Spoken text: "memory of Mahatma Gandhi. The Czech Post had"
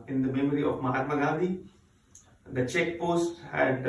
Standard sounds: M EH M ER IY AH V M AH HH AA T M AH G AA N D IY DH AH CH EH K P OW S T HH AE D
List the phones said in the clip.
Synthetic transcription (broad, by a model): M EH M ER IY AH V M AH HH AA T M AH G AA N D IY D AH CH EH K P OW S T HH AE D